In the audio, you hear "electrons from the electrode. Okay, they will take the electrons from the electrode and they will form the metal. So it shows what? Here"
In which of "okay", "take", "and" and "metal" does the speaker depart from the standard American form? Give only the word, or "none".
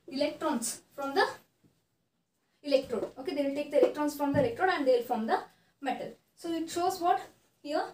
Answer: none